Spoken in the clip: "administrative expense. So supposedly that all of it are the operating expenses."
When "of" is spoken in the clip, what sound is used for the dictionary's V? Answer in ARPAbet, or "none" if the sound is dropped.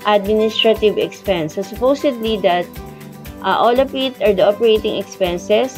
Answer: P